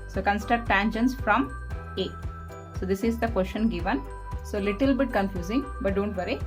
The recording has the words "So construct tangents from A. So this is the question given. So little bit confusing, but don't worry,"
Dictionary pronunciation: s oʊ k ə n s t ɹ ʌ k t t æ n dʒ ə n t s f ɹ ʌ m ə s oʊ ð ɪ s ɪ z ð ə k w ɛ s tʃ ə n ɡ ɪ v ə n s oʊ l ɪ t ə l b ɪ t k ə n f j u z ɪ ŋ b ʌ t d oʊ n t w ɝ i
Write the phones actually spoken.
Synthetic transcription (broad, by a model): s oʊ k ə n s t ʌ t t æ n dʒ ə n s f ɹ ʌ m ə s oʊ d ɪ s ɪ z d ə k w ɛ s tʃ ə n ɡ ɪ v ə n s oʊ l ɪ t ə l b ɪ t k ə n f j u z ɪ ŋ b ʌ t d oʊ n t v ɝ i